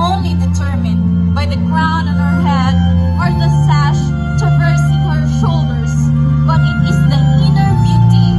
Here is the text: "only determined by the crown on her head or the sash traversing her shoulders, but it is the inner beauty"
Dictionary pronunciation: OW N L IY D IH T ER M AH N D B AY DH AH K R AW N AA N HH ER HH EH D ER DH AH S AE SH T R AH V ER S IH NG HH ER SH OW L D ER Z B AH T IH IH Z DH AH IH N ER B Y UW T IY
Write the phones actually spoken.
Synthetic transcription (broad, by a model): OW N L IY D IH T ER M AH N B AY DH AH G R AW N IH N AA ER HH EH D ER DH AH S AE SH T AH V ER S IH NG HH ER SH OW L D ER Z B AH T IH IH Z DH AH IH N ER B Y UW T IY